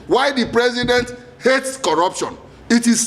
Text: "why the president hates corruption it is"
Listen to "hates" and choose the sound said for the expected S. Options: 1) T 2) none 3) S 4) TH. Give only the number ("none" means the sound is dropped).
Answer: 3